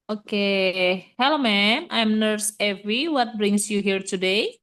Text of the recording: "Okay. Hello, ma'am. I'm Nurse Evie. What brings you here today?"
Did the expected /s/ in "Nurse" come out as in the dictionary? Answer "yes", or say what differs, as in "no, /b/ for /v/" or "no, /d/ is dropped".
yes